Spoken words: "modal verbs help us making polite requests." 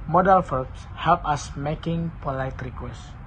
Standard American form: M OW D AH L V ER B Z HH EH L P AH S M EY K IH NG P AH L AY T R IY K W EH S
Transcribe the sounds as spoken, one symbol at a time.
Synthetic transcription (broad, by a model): M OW D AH L F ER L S HH EH L P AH S M EY K IH NG P AH L AY T R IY K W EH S